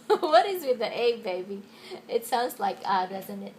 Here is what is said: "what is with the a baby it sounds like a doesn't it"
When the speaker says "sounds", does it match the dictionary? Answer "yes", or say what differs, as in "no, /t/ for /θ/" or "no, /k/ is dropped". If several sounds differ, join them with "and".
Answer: yes